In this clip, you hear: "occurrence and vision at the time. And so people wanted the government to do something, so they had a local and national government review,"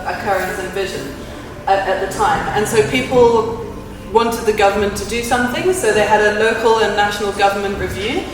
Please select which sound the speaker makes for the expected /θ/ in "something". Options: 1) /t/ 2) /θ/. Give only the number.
2